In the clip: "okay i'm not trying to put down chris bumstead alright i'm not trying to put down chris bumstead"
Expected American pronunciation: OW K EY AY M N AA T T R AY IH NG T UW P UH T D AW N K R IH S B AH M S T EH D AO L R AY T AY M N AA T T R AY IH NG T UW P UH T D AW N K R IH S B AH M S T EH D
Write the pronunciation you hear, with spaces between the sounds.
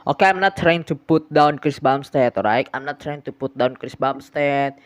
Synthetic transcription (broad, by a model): OW K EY AY M N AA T T R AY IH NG T UW P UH T D AW N K R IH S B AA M S T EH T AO R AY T AY M N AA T T R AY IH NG T UW P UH T D AW N K R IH S B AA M S T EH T